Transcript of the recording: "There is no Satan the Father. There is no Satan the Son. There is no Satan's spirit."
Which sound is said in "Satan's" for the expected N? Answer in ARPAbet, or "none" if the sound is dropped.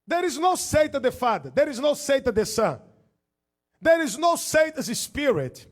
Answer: none